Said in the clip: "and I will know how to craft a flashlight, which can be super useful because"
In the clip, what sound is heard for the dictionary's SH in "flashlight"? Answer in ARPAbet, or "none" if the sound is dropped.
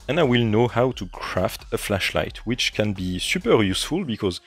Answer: SH